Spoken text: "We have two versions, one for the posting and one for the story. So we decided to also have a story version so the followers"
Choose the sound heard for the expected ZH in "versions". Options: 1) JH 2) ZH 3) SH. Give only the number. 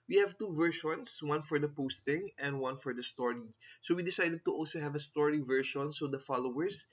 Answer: 3